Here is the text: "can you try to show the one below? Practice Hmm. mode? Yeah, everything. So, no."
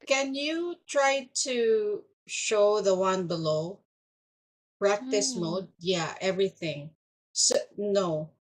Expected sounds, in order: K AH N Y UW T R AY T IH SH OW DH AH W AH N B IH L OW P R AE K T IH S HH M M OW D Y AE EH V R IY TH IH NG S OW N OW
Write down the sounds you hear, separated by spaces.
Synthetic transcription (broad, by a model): K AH N Y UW T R AY T IH SH OW DH AH W AH N B IH L OW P R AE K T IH S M M OW D Y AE EH V R IY TH IH NG S OW N OW